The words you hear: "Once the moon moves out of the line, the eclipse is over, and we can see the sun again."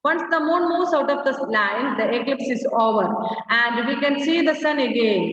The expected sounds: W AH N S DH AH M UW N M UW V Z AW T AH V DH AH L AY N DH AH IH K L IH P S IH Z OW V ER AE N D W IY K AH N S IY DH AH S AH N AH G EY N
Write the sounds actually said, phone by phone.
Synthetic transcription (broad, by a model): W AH N S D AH M UW N M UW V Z AW T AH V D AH L AY N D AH IH K L IH P S IH Z OW V ER AE N D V IY K AH N S IY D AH S AH N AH G EY N